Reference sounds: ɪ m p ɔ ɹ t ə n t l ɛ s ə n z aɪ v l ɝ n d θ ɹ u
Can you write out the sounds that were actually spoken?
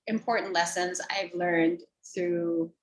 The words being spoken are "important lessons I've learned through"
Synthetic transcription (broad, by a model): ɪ m p ɔ ɹ t n t l ɛ s ə n z aɪ v l ɝ n d θ ɹ u